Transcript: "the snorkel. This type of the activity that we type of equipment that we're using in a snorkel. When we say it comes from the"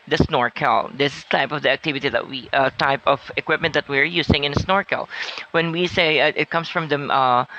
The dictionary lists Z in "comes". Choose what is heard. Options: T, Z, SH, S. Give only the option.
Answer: S